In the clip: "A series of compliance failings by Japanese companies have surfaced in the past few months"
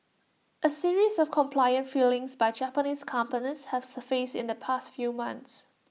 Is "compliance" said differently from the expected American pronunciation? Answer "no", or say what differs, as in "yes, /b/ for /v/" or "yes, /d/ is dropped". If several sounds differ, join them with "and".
yes, /s/ is dropped